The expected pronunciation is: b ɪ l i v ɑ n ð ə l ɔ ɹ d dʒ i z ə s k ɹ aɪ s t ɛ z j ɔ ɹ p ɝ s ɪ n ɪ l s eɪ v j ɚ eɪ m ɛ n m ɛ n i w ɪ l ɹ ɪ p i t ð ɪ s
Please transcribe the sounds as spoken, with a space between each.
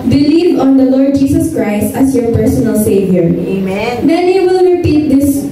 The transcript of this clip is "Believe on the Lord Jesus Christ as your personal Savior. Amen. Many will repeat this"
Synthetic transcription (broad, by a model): b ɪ l i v ɑ n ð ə l ɔ ɹ d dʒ i s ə s k ɹ aɪ s t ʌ s j ɔ ɹ p ɝ s ɪ n ɪ l s eɪ v j ɚ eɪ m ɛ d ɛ n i w ɪ l ɹ ɪ p i t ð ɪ s